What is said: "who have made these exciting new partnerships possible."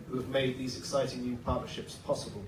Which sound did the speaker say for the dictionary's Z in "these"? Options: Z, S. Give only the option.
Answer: Z